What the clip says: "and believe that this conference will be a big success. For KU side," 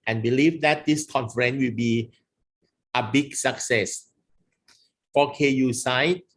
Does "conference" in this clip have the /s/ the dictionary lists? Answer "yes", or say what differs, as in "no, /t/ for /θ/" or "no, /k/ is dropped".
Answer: no, /s/ is dropped